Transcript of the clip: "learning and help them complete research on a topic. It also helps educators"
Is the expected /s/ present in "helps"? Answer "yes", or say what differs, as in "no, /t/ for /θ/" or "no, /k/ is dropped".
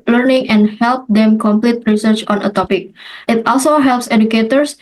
yes